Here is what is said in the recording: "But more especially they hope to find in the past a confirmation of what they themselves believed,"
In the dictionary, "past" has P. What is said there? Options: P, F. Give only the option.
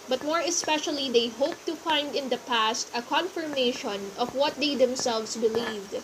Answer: P